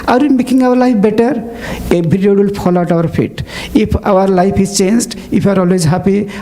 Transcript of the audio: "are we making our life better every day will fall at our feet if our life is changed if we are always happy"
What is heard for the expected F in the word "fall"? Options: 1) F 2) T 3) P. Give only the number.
3